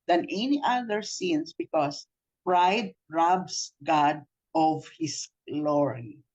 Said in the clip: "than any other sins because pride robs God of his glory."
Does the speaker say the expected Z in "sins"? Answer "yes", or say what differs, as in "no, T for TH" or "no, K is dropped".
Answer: no, S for Z